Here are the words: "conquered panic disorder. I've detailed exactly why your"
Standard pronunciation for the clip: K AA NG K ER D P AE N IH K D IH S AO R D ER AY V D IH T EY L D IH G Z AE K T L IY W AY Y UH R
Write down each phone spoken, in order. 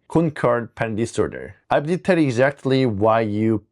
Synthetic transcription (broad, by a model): K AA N K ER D P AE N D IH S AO R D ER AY B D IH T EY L IH G Z AE K T L IY W AY Y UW